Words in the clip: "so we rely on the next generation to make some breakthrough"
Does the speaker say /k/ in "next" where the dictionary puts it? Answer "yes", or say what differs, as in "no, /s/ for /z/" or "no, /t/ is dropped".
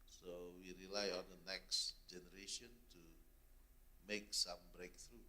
yes